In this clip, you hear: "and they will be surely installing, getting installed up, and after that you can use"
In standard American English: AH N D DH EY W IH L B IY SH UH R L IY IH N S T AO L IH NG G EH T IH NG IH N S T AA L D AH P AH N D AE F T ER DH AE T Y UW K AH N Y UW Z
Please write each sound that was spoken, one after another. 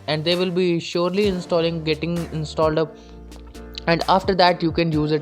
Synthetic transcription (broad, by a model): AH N D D EY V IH L B IY SH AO R L IY IH N S T AO L IH NG G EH T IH NG IH N S T AA L D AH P AH N D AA F T ER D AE T Y UW K AH N Y UW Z